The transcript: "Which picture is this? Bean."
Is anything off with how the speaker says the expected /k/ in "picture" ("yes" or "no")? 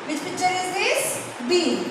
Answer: yes